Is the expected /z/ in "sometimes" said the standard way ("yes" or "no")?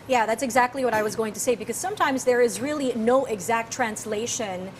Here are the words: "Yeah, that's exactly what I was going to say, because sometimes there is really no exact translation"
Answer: yes